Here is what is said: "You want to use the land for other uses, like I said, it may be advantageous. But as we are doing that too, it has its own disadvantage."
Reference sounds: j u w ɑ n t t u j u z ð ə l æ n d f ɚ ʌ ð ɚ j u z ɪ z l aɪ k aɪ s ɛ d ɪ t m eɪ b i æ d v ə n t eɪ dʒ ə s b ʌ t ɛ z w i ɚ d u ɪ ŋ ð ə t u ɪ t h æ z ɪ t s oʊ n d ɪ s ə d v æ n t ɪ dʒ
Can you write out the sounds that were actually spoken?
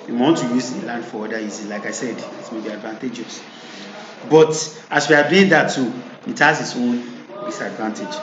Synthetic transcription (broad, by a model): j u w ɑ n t t u j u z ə l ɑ n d f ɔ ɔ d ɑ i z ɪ l aɪ k aɪ s ɛ d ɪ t m eɪ b i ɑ d v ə n t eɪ dʒ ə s b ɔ t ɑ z w i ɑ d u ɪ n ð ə t u ɪ t h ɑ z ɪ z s oʊ n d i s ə d v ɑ n t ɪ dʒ